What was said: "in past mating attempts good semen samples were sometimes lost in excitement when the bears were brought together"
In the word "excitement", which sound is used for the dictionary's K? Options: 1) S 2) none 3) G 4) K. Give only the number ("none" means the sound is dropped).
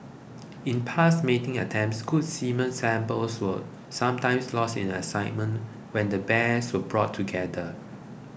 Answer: 2